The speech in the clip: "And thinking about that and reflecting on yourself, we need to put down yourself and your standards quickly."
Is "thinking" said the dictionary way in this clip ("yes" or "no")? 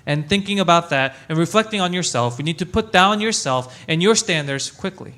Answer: yes